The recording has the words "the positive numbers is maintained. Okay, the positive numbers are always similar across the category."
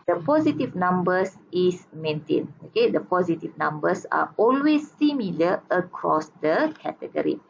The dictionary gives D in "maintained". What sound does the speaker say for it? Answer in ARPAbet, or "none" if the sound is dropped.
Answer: none